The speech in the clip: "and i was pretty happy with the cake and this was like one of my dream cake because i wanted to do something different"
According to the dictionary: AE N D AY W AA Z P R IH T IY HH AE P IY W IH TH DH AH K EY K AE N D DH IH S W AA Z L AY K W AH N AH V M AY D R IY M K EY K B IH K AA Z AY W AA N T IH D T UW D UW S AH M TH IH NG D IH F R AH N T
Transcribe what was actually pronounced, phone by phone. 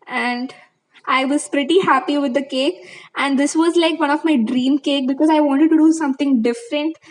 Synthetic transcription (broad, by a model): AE N D AY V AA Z P R IH T IY HH AE P IY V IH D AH K EY K AE N D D IH S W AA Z L AY K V AH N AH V M AY D R IY M K EY K B IH K AA Z AY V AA N T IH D T UW D UW S AH M T IH NG D IH F R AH N T